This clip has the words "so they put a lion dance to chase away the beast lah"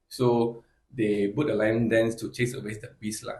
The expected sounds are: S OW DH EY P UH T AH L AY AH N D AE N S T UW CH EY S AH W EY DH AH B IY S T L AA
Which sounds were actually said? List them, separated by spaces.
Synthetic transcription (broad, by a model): S OW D EY B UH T AH L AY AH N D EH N S T UW CH EY S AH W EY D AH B IY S L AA